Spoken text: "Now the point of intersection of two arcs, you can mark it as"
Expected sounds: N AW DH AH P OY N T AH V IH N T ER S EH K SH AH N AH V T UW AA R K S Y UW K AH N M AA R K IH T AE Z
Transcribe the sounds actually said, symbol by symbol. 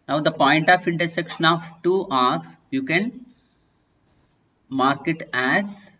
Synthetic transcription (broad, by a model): N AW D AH P OY N T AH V IH N T ER S EH K SH AH N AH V T UW AA R K S Y UW K AH N M AA R K IH T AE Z